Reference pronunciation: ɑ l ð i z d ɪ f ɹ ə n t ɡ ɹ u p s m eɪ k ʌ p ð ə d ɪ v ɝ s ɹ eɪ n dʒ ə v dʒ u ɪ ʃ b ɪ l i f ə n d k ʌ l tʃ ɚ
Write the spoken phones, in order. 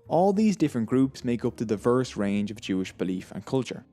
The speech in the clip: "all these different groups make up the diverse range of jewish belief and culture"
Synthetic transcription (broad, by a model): ɑ l ð i z d ɪ f ɹ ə n ɡ ɹ u p s m eɪ k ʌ p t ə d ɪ v ɝ s ɹ eɪ n dʒ ə v dʒ u ɪ ʃ b ɪ l i f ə n k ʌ l tʃ ɚ